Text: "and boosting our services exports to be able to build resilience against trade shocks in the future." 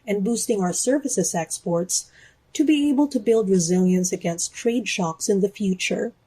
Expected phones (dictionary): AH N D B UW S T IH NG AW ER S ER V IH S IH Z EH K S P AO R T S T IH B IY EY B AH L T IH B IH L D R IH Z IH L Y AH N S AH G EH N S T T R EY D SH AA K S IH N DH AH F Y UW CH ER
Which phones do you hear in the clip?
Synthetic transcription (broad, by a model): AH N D B UW S T IH NG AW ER S ER V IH S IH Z EH K S P AO R T S T IH B IY EY B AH L T IH B IH L D R IH Z IH L Y AH N S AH G EH N S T T R EY D SH AA K S IH N DH AH F Y UW CH ER